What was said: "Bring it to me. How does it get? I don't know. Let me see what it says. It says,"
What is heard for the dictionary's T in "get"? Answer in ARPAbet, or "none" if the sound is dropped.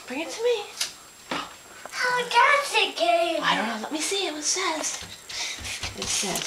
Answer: none